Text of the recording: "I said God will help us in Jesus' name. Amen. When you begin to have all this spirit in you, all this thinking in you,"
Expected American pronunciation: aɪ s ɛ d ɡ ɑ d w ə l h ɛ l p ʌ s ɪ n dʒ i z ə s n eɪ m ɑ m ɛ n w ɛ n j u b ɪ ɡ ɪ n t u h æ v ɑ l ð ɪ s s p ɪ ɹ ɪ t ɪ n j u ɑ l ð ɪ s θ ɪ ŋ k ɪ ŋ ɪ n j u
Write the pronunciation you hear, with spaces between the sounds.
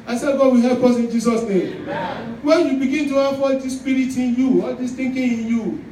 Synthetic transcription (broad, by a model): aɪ s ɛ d ɡ ɑ d w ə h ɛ p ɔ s ɪ n dʒ i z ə s n eɪ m m w ɛ n j u b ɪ ɡ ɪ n t u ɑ f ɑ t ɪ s s p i ɹ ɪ t ɪ n j u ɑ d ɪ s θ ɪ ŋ k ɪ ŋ ɪ n j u